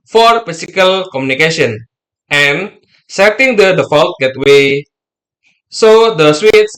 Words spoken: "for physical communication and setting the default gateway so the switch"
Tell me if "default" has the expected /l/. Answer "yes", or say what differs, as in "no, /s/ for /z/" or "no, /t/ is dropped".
yes